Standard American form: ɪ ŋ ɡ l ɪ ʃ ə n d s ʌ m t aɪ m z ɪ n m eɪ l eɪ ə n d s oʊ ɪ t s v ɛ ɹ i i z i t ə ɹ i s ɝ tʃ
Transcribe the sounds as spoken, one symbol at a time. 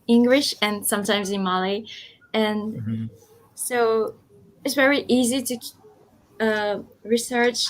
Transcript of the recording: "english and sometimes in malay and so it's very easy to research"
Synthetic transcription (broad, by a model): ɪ ŋ ɡ l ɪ ʃ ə n s ʌ m t aɪ m z ɪ n m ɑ l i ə n s oʊ ɪ t s v ɛ ɹ i i z i t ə ɹ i s ɝ tʃ